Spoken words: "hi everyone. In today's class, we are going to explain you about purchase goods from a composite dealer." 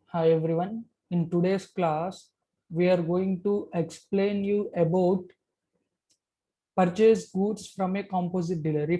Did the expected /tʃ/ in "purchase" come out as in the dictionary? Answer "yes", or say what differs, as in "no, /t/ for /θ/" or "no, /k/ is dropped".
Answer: yes